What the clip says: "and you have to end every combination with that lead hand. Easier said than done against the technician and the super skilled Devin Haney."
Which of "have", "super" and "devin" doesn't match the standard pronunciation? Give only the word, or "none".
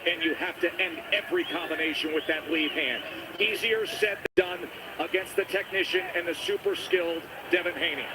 have